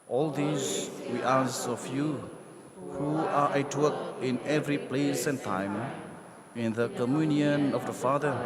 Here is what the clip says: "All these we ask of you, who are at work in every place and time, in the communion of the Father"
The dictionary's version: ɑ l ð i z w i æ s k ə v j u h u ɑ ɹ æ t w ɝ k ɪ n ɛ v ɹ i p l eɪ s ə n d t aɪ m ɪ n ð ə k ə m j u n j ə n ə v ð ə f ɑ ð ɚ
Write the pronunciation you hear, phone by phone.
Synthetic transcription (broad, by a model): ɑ l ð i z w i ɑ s ə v j u h u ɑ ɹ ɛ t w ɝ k ɪ n ɛ v ɹ i p l eɪ s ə n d t aɪ m ɪ n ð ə k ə m j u n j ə n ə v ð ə f ɑ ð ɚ